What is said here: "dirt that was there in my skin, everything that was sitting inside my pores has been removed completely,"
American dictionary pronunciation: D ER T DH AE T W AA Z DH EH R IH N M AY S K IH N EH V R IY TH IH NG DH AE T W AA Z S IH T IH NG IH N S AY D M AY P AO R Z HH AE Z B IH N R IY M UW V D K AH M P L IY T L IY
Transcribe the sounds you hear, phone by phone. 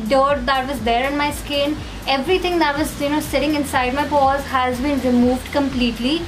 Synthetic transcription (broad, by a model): D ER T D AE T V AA Z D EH R IH N M AY S K IH N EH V R IY T IH NG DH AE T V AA Z S IH T IH NG IH N S AY D M AY P AO Z HH AE Z B IH N R IY M UW V D K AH M P L IY T L IY